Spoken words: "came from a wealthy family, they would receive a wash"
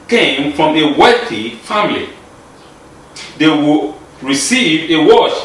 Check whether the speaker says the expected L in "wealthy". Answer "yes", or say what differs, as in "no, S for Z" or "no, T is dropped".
no, L is dropped